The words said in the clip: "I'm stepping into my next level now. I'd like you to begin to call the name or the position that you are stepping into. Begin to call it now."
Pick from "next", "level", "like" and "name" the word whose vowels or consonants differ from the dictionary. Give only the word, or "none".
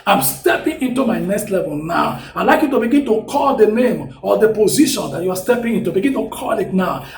none